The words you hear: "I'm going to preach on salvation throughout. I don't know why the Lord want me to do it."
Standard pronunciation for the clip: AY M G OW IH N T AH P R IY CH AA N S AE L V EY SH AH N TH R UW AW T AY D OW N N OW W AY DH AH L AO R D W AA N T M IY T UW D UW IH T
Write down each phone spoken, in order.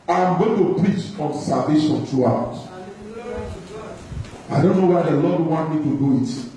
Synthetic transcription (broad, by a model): AY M G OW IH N T AH P R IY CH AA N S AE L V EY SH AH N T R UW AW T AY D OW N N OW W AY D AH L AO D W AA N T M IY T UW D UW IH T